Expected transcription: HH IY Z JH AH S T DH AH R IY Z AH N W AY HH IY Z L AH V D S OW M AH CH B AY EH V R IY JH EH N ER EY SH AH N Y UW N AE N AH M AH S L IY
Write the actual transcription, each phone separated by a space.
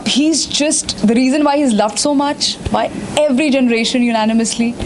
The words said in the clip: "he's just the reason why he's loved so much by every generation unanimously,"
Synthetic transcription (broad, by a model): HH IY Z JH AH S T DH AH R IY Z AH N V AY HH IY Z L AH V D S OW M AH CH B AY EH V R IY JH EH N ER EY SH AH N Y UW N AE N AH M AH S L IY